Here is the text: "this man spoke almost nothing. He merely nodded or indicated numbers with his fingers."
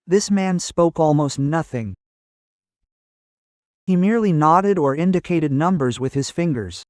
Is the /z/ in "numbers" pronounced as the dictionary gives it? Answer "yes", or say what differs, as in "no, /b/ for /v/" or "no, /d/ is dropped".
yes